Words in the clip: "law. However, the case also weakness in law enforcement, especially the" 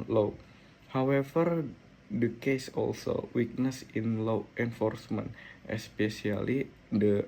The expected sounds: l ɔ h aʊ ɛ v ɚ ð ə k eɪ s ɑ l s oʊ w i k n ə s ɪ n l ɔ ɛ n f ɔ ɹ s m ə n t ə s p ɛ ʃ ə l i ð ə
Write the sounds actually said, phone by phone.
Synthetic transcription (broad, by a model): l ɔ h aʊ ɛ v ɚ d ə k eɪ s ɑ l s oʊ w i k n ə s ɪ n l ɔ ɛ n f ɔ ɹ s m ə n t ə s p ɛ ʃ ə l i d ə